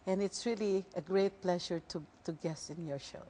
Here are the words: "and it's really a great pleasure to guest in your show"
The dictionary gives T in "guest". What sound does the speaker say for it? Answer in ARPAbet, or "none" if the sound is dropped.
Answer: none